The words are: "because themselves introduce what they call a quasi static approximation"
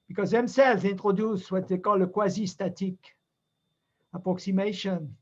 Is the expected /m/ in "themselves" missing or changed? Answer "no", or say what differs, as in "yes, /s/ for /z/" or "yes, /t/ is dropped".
no